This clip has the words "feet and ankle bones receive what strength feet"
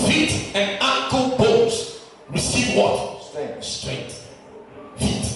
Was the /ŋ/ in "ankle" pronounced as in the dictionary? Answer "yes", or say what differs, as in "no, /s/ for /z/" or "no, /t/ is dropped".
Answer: no, /ŋ/ is dropped